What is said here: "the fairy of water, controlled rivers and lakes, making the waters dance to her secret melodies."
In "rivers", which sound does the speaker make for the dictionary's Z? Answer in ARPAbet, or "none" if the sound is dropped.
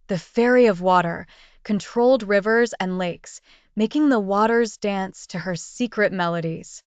Z